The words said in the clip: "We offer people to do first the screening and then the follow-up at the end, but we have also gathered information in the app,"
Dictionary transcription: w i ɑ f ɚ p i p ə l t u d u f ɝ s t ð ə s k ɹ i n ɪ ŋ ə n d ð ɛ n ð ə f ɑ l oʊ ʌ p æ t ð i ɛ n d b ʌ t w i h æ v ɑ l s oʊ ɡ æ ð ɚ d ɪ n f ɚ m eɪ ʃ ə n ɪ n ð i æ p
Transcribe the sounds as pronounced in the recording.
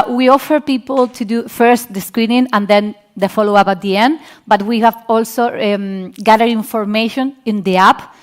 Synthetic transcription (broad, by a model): w i ɑ f ɚ p i p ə l t u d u f ɝ s t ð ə s k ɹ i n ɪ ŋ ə n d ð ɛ n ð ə f ɑ l oʊ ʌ p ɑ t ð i ɛ n d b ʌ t w i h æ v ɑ l s oʊ ɡ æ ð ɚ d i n f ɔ m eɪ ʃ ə n ɪ n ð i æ p